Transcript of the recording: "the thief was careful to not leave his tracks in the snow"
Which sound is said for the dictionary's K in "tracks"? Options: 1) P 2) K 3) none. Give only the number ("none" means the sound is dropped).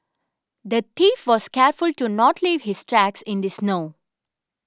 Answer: 2